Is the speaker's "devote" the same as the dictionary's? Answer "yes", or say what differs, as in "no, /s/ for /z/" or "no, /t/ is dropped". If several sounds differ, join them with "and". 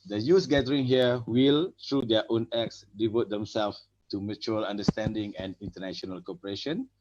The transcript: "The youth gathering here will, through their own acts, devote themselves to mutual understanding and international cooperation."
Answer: yes